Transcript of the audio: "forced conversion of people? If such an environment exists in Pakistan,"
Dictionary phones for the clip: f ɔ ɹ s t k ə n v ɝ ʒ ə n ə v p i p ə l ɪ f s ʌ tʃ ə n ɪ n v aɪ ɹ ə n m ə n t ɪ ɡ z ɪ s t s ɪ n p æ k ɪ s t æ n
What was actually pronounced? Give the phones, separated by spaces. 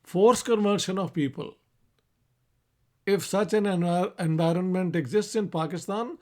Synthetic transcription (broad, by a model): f ɔ ɹ s k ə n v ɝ ʃ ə n ə v p i p ə l ɪ f s ʌ tʃ ə n ɪ n v aɪ ɹ ə n m ə n t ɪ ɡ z ɪ s t s ɪ n p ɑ k ɪ s t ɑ n